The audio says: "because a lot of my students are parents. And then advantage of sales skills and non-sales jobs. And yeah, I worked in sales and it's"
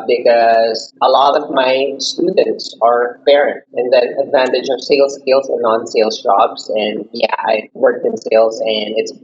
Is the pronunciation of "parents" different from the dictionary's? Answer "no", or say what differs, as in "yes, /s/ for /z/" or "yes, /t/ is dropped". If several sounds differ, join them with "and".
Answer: yes, /s/ is dropped